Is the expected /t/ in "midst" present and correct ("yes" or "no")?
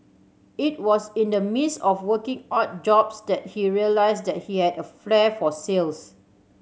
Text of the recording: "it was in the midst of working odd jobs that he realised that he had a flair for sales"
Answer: no